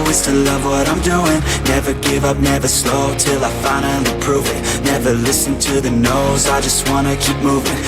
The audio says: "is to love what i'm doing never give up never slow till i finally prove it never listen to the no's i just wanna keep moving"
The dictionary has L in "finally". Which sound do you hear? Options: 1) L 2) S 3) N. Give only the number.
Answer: 3